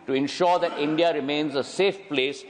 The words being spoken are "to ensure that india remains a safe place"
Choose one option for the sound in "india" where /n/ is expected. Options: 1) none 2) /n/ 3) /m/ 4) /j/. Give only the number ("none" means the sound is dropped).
2